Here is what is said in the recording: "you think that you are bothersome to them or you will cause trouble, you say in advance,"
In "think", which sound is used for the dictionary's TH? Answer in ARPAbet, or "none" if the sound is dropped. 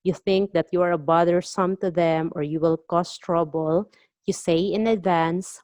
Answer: TH